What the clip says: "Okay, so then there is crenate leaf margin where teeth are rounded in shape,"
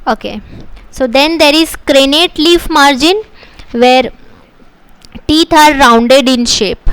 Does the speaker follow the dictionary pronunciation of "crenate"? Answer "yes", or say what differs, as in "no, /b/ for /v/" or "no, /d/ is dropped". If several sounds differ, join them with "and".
yes